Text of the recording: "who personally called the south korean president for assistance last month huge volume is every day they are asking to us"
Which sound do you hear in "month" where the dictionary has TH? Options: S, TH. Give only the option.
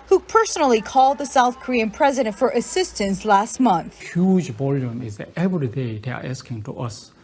TH